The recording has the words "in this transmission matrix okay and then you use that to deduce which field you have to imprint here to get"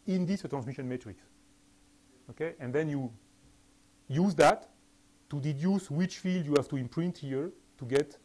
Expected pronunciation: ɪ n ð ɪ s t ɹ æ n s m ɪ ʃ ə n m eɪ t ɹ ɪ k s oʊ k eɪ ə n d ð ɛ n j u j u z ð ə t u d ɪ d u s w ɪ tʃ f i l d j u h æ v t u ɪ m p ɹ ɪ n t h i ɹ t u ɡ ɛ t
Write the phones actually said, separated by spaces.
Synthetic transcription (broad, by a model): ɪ n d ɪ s t ɹ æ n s m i ʃ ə n m eɪ t ɹ ɪ k s oʊ k eɪ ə n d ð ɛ n j u j u z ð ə t u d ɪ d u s w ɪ tʃ f i l d j u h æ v t u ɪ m p ɹ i n t h i ɹ t u ɡ ɛ t